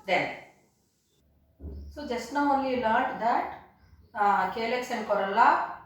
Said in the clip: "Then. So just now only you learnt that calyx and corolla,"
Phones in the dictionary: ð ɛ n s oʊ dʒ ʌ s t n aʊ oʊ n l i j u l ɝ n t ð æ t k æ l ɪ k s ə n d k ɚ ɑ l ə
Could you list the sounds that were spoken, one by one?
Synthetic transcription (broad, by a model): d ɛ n s oʊ dʒ ʌ s t n aʊ oʊ n l i l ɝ t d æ t k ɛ l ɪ k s ə n d k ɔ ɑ l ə